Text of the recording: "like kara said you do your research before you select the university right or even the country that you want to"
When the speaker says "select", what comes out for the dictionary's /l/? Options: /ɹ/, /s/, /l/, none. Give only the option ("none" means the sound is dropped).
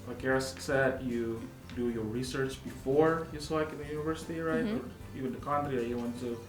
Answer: none